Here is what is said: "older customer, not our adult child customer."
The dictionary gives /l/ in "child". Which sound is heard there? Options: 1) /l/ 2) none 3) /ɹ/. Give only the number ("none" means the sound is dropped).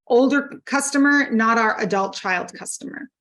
1